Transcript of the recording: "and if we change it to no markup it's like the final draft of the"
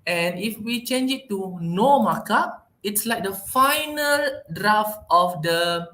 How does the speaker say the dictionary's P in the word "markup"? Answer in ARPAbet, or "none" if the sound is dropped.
none